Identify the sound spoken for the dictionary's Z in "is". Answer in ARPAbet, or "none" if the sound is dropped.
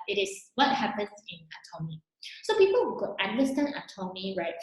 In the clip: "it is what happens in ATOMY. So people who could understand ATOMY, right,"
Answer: S